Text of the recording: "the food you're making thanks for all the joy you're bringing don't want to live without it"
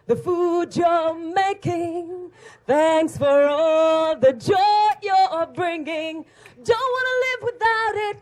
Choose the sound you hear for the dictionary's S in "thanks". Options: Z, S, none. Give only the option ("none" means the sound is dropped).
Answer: S